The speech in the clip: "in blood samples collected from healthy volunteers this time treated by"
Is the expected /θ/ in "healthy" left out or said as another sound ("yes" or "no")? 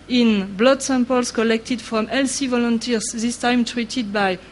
yes